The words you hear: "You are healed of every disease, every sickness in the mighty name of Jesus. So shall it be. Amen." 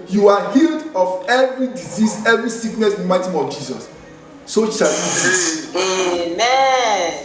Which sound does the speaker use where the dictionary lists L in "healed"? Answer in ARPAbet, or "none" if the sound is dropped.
L